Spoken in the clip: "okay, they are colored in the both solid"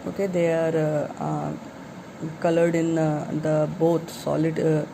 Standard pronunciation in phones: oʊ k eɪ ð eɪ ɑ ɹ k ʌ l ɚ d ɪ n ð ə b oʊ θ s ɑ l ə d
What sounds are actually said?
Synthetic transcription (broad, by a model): oʊ k eɪ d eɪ ɑ ɹ k ʌ l ɚ d ɪ n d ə b oʊ t s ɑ l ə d